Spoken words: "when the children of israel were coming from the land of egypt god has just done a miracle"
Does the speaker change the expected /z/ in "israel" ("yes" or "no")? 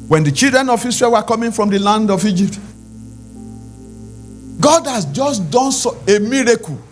yes